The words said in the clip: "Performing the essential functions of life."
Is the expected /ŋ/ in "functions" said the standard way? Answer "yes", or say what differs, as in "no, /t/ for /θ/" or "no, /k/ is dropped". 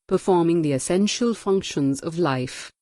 yes